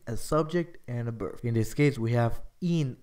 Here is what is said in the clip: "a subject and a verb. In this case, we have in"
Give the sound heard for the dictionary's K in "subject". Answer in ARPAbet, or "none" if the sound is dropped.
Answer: K